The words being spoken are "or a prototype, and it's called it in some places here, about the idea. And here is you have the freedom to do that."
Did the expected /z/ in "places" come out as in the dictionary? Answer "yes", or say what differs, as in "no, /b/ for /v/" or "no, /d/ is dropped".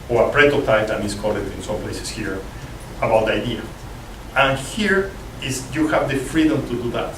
no, /s/ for /z/